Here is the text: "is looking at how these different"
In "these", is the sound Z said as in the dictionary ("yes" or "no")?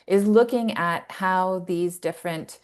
yes